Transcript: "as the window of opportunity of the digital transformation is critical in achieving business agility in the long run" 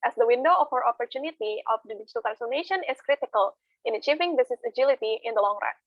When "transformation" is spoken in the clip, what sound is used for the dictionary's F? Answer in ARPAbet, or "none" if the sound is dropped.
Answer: none